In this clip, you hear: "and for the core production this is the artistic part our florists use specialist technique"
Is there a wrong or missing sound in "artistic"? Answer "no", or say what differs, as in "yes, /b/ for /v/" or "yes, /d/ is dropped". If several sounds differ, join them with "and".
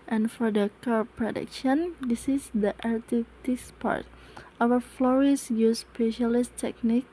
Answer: yes, /s/ is dropped